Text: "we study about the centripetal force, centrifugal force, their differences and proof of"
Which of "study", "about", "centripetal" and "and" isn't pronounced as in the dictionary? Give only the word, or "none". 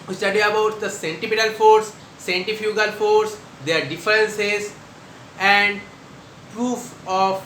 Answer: centripetal